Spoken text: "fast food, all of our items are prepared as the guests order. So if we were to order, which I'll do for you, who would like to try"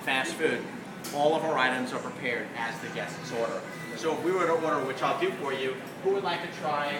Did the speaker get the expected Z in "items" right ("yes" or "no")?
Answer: yes